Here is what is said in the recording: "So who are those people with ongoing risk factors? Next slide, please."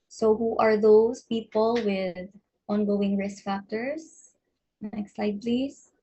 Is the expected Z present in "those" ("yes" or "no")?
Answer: no